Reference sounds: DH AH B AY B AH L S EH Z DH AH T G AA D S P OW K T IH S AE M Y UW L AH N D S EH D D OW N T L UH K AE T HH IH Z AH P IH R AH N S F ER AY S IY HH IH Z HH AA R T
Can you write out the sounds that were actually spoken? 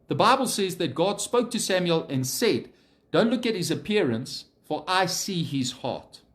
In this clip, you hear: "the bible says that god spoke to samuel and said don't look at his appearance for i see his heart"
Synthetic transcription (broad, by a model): DH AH B AY B AH L S EH Z DH AH T G AA D S P OW K T IH S AE M Y UW L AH N S EH D D OW N T L UH K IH T HH IH Z AH P IH R AH N S F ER AY S IY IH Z HH AA R T